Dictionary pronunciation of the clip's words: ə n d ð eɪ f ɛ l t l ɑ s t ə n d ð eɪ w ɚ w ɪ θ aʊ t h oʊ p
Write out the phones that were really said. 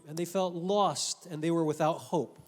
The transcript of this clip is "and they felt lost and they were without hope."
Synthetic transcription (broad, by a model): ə n ð eɪ f ɛ l t l ɑ s t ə n ð eɪ w ɚ w ɪ θ aʊ t h oʊ p